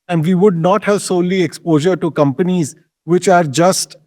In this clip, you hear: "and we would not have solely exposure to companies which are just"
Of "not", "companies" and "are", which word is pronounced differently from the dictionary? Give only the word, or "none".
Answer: none